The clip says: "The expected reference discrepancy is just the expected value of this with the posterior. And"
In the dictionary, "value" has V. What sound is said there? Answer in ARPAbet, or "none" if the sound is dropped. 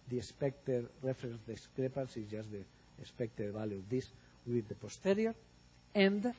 B